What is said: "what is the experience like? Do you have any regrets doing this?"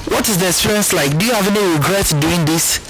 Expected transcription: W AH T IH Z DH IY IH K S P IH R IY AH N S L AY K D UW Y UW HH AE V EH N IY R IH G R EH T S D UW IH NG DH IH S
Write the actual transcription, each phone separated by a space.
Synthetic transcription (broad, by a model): W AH T IH Z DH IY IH S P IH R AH N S L AY K D UW Y UW HH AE V EH N IY R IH G R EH T D UW IH NG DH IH S